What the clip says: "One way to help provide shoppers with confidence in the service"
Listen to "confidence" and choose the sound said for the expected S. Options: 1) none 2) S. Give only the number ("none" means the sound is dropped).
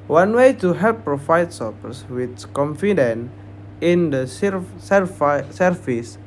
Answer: 1